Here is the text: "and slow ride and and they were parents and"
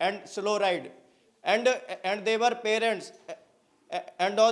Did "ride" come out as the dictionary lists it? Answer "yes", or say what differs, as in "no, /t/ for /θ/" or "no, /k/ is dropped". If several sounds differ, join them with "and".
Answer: yes